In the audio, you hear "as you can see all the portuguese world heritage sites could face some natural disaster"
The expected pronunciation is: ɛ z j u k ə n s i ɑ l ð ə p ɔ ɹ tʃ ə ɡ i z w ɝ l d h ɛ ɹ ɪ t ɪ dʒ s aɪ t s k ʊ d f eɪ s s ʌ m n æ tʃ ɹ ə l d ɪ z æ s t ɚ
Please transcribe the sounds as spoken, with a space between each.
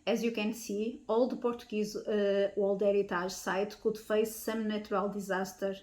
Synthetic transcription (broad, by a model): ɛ z j u k ə n s i ɑ l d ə p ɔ ɹ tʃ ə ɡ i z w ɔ l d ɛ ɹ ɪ t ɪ ʒ s aɪ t k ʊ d f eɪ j s ʌ m n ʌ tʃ ɹ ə l d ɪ z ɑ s t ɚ